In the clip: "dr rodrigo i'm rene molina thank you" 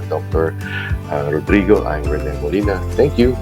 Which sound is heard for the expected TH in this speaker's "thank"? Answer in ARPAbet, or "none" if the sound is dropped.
T